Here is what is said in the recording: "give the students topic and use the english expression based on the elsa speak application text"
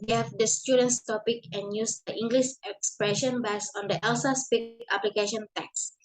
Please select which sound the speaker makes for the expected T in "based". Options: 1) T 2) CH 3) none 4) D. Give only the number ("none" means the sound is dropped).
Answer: 3